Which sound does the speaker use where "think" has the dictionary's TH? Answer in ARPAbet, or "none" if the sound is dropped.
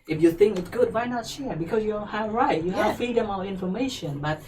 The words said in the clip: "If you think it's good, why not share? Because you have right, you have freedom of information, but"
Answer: TH